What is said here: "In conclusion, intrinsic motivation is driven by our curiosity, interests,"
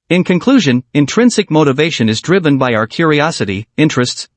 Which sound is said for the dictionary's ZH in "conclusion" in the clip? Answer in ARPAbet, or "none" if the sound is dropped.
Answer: ZH